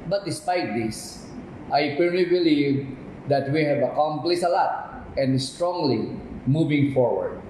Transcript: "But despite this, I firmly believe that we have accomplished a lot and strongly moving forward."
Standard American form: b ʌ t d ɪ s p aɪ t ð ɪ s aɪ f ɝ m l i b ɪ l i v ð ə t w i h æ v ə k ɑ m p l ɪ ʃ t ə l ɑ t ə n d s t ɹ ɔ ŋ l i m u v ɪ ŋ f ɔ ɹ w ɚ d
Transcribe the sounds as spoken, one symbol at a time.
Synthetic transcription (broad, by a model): b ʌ t d ɪ s p aɪ t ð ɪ s aɪ p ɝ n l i b ɪ l i v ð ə t w i h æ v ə k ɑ m p l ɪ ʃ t ə l ɑ t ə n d s t ɹ ɔ ŋ l i m u v ɪ ŋ f ɔ ɹ w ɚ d